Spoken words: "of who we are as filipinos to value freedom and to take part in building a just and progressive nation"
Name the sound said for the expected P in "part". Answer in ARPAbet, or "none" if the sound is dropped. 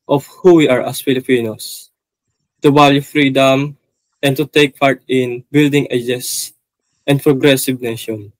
P